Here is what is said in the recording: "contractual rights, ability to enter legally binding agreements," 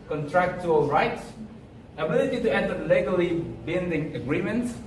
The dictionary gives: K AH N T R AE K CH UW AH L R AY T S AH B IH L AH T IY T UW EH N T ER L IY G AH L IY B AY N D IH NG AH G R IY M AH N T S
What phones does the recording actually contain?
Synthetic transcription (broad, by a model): K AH N T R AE K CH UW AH L R AY T S AH B IH L AH T IY T UW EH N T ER L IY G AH L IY B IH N D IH NG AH G R IY M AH N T S